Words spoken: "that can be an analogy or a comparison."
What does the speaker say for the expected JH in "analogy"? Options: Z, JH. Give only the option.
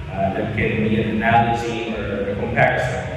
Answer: Z